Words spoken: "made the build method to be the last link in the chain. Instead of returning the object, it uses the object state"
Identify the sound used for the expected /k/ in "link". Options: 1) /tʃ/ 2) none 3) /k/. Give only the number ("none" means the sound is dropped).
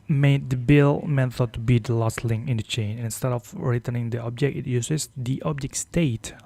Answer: 2